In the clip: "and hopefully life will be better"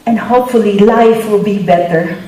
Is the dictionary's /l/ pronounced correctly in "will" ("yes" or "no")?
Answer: yes